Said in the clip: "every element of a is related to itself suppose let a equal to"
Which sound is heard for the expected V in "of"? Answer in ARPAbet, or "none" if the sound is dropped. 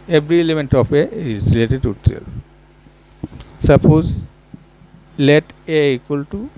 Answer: P